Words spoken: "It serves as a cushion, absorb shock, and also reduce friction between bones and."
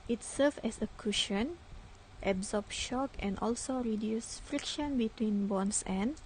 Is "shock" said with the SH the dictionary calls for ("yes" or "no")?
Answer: yes